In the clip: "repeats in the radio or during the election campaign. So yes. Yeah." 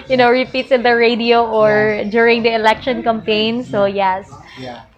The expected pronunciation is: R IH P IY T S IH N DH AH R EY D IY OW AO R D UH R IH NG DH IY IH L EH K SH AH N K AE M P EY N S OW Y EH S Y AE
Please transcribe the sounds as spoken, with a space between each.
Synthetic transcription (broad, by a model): R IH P IY T S IH N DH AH R EY D IY OW AO R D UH R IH NG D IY IH L EH K SH AH N K AE M P EY N S OW Y EH S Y